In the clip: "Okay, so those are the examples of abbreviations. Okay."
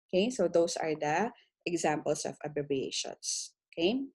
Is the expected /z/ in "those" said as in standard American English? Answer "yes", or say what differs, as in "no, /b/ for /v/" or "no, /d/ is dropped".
no, /s/ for /z/